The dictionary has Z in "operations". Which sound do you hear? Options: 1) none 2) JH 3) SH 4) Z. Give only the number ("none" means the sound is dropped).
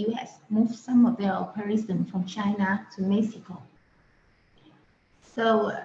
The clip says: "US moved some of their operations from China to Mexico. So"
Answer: 1